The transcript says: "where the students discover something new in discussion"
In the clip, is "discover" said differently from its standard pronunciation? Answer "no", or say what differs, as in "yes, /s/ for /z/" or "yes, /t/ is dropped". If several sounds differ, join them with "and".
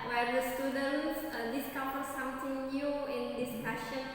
yes, /f/ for /v/